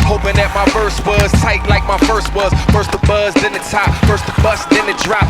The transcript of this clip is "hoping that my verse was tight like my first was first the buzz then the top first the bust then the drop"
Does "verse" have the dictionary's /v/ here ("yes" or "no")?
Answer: no